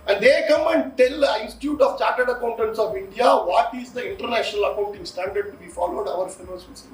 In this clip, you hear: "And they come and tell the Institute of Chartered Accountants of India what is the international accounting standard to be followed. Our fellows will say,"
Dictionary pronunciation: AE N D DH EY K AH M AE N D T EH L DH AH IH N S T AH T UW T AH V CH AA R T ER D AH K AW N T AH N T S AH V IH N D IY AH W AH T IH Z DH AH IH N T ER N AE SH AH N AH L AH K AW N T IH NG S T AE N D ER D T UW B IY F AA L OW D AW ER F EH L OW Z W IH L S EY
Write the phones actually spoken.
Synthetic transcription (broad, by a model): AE N D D EY K AH M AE N D T EH L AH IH N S T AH T UW T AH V CH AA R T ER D AH K AW N T AH N T S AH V IH N D IY AH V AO T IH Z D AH IH N T ER N AE SH AH N AH L AH K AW N T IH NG S T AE N D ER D T UW B IY F AA L OW D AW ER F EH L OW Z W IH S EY